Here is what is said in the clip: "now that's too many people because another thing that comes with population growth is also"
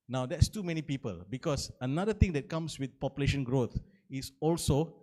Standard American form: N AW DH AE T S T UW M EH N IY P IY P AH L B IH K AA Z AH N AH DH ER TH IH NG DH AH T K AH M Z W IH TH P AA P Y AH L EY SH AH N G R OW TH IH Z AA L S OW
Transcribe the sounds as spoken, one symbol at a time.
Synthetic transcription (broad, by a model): N AW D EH T S T UW M EH N IY P IY P AH L B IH K AA S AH N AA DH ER T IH NG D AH T K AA M S W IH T P AA P Y AH L EY SH AH N G R OW T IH S AA L S OW